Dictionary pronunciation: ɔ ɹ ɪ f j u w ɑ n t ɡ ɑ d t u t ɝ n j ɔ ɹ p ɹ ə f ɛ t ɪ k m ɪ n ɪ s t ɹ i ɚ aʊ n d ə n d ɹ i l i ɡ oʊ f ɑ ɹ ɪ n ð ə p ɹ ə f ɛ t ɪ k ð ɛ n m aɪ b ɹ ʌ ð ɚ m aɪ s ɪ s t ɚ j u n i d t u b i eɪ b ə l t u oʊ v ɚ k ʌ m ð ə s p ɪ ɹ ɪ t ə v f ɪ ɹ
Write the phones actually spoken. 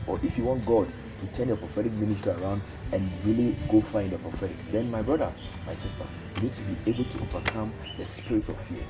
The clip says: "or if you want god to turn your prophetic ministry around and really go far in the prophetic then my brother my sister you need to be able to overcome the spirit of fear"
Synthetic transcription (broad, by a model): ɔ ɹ ɪ f j u w ɑ n t ɡ ɑ d t u t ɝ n j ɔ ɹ p ɹ ə f ɛ t ɪ k m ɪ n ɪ s t i ɚ aʊ n d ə n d ɹ i l i ɡ oʊ f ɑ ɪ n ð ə p ɹ ə f ɛ t ɪ k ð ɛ n m aɪ b ɹ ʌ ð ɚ m aɪ s ɪ s t ɚ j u n i d t u b i eɪ b ə l t u oʊ v ɚ k ʌ m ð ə s p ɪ ɹ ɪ t ə v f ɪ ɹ